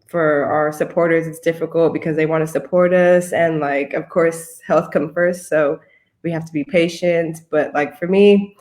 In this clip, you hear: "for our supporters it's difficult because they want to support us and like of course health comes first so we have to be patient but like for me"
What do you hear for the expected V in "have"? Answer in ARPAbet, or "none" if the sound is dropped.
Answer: F